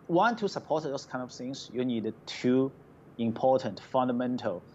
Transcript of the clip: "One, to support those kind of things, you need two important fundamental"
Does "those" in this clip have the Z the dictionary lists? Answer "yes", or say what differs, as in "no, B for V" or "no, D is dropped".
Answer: no, S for Z